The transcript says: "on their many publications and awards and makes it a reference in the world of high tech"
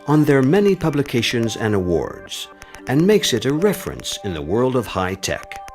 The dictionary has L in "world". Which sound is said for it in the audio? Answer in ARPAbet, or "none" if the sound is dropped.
L